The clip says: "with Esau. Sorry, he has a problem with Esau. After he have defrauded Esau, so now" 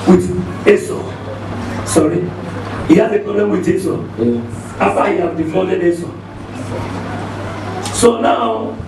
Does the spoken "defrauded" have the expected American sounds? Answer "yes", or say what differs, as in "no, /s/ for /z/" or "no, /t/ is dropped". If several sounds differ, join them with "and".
no, /ɹ/ is dropped